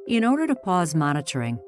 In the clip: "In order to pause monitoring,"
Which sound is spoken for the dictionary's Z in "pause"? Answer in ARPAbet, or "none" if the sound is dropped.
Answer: Z